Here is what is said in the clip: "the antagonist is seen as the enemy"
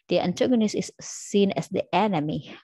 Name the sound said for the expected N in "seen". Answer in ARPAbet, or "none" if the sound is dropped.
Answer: N